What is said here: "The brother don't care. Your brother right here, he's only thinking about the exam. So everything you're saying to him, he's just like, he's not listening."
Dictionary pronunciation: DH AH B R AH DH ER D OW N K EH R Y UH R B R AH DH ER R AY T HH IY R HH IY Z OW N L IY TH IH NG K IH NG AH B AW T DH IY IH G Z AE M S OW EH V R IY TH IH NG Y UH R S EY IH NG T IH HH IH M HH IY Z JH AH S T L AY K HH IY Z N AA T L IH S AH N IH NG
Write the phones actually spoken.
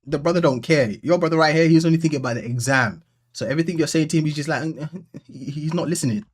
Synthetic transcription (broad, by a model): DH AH B R AH DH ER D OW N K EH R Y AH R B R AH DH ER R AY T HH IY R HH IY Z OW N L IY TH IH NG K IH NG AH B AW T DH IY IH G Z AE M S OW EH V R IY TH IH NG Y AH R S EY IH NG T IH HH IH M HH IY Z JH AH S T L AY K HH IY Z N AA T L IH S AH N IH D